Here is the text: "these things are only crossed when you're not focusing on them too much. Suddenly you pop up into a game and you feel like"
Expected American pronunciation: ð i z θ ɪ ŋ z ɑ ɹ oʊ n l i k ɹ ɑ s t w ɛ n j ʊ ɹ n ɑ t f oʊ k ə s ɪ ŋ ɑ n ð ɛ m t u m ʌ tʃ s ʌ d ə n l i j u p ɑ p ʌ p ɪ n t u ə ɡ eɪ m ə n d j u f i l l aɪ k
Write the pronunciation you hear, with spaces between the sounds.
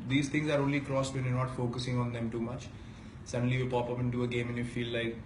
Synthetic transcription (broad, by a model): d i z t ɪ ŋ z ɑ ɹ oʊ n l i k ɹ ɑ s t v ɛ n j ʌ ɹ n ɑ t f oʊ k ə s ɪ ŋ ɑ n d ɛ m t u m ʌ tʃ s ʌ d ə n l i j u p ɑ p ʌ p ɪ n t u ə ɡ eɪ m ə n j u f i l l aɪ k